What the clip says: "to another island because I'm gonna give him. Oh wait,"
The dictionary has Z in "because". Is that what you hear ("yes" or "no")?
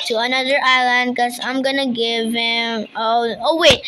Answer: no